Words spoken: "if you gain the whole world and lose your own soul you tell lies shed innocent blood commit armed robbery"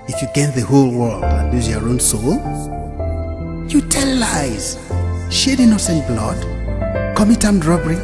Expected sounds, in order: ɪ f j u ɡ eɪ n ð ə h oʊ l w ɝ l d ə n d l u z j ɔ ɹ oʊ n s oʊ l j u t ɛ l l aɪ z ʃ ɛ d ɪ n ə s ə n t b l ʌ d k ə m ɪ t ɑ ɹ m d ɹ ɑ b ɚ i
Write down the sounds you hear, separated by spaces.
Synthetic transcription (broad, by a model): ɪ f j u ɡ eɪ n ð ə h oʊ l w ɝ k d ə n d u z j ɔ ɹ oʊ n s oʊ l j u t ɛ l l aɪ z ʃ ɛ d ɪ n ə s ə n b l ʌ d k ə m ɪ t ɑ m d ɹ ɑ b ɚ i